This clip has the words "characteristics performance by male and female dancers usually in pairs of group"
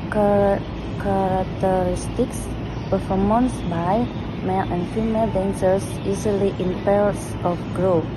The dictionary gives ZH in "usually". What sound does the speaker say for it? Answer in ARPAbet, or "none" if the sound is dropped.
Z